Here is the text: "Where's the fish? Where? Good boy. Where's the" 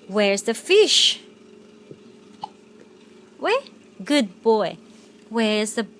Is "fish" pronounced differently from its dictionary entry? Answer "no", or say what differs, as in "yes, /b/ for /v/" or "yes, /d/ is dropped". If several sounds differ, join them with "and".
no